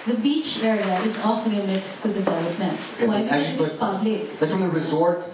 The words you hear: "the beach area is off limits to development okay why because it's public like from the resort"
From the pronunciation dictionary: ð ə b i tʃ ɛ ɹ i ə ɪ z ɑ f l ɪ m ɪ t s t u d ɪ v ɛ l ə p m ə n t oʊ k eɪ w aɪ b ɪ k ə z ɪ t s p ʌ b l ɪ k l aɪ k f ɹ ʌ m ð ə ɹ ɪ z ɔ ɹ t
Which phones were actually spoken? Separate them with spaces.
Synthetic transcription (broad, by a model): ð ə b i tʃ ɛ ɹ i ə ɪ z ɑ f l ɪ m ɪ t s t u d ɪ v ɛ l ə p m ə n t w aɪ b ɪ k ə ɪ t p ʌ b l ɪ k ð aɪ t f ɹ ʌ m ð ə ɹ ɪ z ɔ ɹ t